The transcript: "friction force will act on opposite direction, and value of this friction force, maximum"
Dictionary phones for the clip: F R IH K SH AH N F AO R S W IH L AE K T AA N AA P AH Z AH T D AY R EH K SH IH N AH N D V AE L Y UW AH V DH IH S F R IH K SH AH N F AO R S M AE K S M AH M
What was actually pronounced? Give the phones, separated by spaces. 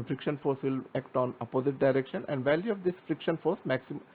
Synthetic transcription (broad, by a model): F R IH K SH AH N F AO R S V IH L AE K T AA N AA P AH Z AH T D AY R EH K SH IH N AH N D V AE L Y UW AH V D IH S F R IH K SH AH N F AO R S M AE K S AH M